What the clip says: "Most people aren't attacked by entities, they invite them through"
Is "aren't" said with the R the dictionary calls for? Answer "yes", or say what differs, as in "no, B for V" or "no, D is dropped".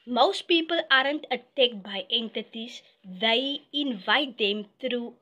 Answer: yes